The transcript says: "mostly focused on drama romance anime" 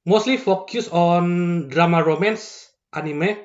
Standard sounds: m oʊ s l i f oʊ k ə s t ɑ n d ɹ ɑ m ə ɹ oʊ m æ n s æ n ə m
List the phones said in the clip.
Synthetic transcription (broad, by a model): m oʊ s l i f oʊ k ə s ɑ n d ɹ ɑ m ə ɹ oʊ m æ n s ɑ n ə m